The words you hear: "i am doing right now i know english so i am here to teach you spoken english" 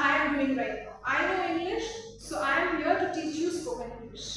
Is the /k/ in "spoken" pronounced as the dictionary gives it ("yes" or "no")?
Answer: no